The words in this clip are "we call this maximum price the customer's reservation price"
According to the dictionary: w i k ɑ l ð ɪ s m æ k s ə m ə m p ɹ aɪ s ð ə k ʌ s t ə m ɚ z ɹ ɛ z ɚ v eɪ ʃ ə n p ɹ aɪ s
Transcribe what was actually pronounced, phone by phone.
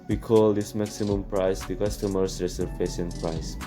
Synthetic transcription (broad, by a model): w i k ɑ l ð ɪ s m æ k s ə m ə m p ɹ aɪ s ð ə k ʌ s t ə m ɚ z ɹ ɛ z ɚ p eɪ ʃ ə n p ɹ aɪ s